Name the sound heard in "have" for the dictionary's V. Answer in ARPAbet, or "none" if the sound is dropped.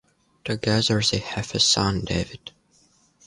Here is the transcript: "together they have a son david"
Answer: F